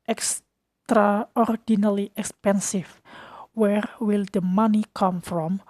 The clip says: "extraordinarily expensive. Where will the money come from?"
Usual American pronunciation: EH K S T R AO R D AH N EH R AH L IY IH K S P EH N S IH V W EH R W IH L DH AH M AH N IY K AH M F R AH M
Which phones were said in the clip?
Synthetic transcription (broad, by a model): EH K S T R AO R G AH N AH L IY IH K S P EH N S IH F W EH R W IH L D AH M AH N IY K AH M F R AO M